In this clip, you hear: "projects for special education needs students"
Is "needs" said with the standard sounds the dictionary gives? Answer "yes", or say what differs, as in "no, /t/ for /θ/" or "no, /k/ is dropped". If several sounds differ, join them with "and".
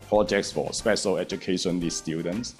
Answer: no, /l/ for /n/